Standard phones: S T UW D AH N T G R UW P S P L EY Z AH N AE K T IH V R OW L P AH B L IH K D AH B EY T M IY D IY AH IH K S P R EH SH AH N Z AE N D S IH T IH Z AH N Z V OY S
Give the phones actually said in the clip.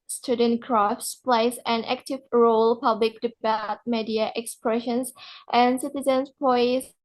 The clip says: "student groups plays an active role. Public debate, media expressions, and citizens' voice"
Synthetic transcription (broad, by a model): S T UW D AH N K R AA F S P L EY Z AH N AE K T IH V R OW L P AH B L IH K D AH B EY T M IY D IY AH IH K S P R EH SH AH N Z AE N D S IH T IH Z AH N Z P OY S